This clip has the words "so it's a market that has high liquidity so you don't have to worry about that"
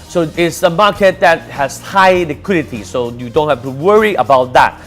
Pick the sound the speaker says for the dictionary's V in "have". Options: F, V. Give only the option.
F